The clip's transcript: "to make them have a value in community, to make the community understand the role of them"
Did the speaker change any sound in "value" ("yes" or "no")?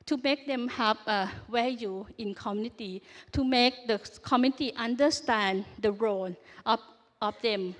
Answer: yes